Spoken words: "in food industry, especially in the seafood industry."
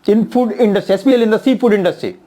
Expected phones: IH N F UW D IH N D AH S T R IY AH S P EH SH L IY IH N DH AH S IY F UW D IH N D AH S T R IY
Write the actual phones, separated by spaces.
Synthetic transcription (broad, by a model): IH N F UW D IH N D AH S T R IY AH S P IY L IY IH N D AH S IY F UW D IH N D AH S T R IY